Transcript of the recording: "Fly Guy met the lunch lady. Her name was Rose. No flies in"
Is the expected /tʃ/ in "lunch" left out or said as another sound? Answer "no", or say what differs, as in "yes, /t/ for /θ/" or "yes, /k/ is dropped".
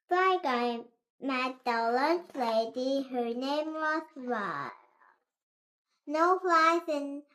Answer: yes, /s/ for /tʃ/